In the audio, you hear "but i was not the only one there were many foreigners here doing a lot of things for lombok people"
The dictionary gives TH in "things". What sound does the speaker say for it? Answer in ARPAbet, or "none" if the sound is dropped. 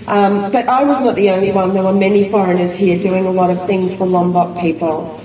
TH